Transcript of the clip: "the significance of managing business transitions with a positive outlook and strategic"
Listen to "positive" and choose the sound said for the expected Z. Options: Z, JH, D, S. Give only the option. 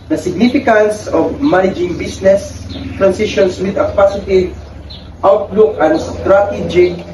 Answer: S